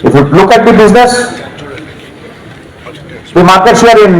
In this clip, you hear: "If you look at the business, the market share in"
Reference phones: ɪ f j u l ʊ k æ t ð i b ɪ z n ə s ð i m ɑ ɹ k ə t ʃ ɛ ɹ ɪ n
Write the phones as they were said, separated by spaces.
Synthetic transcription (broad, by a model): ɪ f j u l ʊ k æ t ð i b ɪ z n ə s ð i m ɑ ɹ k ə t s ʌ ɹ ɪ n